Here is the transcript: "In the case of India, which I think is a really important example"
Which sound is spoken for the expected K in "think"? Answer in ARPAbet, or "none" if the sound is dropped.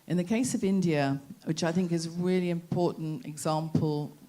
K